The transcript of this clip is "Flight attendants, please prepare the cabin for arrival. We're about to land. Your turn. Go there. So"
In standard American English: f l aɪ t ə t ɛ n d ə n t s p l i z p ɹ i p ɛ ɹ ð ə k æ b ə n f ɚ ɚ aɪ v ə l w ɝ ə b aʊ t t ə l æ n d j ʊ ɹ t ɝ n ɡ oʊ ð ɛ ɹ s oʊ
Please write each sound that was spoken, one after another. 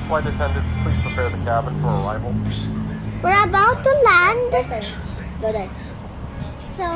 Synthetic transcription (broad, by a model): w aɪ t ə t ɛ n d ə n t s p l i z p ɹ i p ɛ ɹ ð ə k æ b ə n f ɚ ɚ aɪ v ə l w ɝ ə b aʊ t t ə l æ n d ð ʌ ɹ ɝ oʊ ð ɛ s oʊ